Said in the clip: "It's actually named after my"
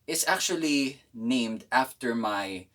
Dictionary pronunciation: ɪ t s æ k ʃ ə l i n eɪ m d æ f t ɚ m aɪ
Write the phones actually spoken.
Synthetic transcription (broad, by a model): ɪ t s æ k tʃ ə l i n eɪ m d æ f t ɚ m aɪ